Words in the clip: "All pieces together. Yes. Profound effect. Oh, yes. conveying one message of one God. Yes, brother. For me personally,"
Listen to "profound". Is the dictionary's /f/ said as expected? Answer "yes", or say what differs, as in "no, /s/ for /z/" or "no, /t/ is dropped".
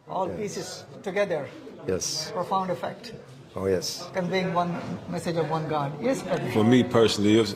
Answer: yes